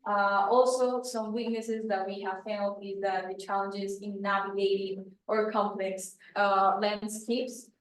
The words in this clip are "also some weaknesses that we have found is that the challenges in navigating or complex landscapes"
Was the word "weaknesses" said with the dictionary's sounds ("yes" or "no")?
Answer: yes